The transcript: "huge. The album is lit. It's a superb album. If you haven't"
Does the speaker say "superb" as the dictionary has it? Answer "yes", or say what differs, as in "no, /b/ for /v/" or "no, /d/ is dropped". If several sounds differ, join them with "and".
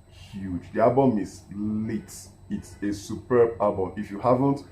yes